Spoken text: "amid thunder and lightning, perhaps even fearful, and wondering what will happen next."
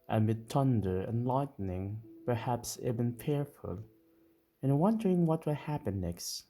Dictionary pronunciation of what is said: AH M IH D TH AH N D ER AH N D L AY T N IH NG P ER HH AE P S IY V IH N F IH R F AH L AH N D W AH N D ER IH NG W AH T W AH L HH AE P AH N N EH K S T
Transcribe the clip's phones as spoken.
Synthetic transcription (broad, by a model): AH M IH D T AH N D ER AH N L AY T N IH NG P ER HH AE P S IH B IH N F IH R F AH L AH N W AH N D ER IH NG W AH T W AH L HH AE P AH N N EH K S T